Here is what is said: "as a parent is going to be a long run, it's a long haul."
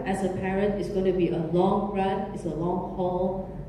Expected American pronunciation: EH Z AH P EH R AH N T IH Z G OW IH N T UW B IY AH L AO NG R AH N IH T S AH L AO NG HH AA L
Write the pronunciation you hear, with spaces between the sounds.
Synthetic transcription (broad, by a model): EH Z AH P EH R AH N T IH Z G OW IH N T UW B IY AH L AO NG R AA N IH T S AH L AO NG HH AA L